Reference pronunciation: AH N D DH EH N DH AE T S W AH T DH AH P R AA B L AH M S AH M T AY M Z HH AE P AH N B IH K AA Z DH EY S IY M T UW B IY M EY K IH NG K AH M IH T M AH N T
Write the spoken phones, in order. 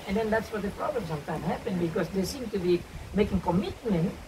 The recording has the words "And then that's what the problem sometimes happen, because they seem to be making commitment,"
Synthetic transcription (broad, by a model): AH N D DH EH N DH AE T S W AH T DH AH P R AA B L AH M S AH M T AY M HH AE P AH N B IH K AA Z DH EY S IY M T UW B IY M EY K IH NG K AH M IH T M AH N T